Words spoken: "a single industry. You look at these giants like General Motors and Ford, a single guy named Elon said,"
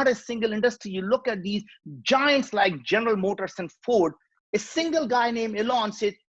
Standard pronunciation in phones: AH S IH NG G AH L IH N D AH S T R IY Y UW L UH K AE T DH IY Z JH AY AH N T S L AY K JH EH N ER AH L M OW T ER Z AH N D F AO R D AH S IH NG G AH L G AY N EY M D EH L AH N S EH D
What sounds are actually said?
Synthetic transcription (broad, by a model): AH S IH NG G AH L IH N D AH S T R IY Y UW L UH K AE T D IY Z JH AY AH N T S L AY K JH EH N ER AH L M OW T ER S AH N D F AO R D AH S IH NG G AH L G AY N EY M EH L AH N S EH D